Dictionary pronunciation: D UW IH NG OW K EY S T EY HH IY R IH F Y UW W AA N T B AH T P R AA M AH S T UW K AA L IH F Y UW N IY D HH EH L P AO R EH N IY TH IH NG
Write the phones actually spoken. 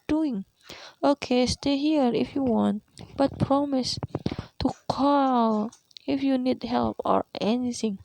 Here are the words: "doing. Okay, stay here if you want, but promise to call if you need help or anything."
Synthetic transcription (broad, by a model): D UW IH NG OW K EY S T EY HH IY R IH F Y UW W AA N T B AH T P R AA M AH S T UW K AA L IH F Y UW N IY D HH EH L P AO R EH N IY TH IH NG